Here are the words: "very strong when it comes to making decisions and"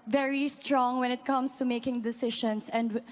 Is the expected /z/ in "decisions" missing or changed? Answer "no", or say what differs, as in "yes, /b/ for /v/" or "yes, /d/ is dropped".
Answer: yes, /s/ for /z/